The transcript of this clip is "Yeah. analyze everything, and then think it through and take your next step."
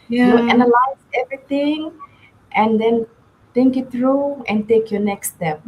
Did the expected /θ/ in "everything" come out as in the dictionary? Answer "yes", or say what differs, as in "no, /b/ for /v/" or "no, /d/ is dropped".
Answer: no, /t/ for /θ/